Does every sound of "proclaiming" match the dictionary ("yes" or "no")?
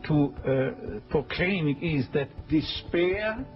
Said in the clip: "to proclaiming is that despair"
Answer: no